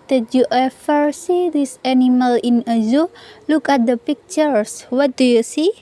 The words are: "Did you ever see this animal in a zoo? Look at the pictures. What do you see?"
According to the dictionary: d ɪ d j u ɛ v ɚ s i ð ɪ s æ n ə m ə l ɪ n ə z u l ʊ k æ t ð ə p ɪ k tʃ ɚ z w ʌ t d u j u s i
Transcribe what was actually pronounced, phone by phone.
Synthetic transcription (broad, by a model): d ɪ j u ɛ f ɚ s i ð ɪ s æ n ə m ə l ɪ n ə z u l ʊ k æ t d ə p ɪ k tʃ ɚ s w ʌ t d u j u s i